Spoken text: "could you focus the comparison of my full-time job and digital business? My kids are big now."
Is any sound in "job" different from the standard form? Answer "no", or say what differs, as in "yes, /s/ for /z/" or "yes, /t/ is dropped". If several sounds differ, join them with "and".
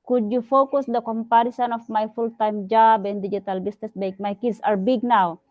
no